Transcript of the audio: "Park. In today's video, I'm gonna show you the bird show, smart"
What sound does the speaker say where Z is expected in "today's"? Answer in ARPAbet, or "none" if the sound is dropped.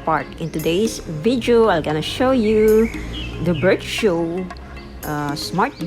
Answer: S